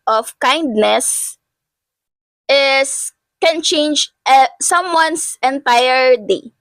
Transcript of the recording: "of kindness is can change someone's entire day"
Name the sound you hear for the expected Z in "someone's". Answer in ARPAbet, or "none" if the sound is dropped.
S